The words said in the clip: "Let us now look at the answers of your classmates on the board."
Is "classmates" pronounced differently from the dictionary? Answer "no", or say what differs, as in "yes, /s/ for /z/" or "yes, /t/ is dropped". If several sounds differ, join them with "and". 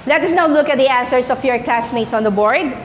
no